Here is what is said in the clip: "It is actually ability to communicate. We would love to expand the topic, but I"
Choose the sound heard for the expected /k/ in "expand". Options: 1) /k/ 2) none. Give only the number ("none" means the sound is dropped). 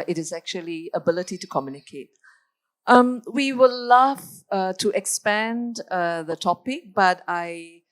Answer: 1